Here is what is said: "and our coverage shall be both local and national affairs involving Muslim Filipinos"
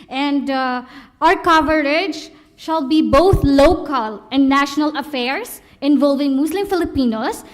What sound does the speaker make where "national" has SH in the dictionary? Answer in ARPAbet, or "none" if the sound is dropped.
SH